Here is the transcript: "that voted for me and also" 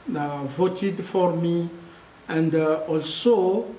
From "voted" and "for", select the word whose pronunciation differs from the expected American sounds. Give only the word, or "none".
none